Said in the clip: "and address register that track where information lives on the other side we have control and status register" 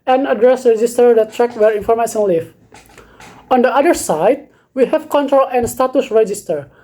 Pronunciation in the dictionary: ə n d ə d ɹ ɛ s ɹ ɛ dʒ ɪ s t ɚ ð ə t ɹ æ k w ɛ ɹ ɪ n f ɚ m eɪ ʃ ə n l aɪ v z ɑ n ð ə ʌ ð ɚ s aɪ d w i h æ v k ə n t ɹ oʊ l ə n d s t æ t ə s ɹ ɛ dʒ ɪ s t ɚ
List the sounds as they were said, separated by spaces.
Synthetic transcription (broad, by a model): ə n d ə d ɹ ɛ s ɹ ɛ dʒ ɪ s t ɚ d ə t ɹ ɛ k w ɛ ɹ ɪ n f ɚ m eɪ s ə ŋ l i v ɑ n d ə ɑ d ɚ s aɪ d w i h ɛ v k ə n t ɹ oʊ l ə n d s t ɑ t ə s ɹ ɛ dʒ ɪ s t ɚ